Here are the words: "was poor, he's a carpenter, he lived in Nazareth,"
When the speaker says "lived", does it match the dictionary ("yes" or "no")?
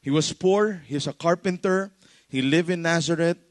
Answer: no